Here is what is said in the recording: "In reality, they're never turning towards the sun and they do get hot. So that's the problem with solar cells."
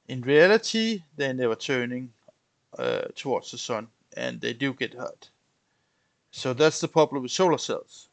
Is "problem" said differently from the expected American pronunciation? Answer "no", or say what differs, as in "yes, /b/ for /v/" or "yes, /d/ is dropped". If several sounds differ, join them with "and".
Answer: yes, /ɹ/ is dropped